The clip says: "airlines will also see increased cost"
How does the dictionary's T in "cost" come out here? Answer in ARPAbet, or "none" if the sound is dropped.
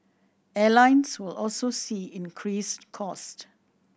T